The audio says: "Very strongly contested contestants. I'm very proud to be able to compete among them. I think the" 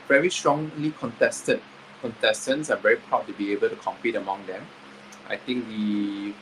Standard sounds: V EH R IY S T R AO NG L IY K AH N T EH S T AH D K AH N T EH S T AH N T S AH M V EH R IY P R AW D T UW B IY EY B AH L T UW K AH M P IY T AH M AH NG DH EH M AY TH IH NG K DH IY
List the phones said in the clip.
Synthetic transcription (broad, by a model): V EH R IY S T R AO NG L IY K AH N T EH S T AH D K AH N T EH S T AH N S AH V EH R IY P R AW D T UW B IY EY B AH L T UW K AH M P IY T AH M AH NG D EH M AY T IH NG K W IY